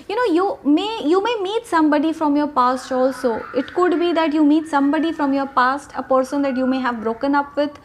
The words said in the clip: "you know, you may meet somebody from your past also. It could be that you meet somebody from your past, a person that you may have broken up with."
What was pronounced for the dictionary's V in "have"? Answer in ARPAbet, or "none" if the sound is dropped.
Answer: V